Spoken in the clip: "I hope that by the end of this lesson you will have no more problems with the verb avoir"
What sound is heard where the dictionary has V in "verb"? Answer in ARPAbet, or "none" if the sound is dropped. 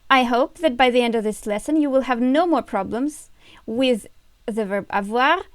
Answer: V